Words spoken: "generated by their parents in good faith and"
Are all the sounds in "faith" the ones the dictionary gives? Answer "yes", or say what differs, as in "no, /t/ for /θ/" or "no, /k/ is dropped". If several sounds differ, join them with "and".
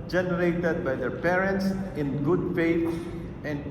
no, /t/ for /θ/